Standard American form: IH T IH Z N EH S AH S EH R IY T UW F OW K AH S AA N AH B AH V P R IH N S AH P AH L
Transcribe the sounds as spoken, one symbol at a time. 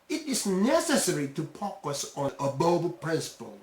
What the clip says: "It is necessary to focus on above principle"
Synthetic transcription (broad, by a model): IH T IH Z N EH S AH S EH R IY T UW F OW K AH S AA N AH B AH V P R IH N S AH P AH L